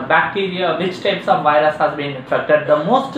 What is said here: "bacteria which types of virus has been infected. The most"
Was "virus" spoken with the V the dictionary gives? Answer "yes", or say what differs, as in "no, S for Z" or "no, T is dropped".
yes